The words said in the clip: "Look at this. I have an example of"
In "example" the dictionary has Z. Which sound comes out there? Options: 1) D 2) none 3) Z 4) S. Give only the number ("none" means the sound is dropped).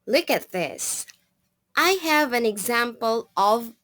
3